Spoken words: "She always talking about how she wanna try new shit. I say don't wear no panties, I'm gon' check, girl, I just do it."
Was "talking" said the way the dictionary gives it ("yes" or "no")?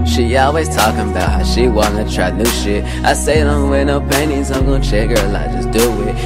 yes